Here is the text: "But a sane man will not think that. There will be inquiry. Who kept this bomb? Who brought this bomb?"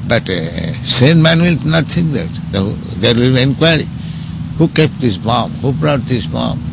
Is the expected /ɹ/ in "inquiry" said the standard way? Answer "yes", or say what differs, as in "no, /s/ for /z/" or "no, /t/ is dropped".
yes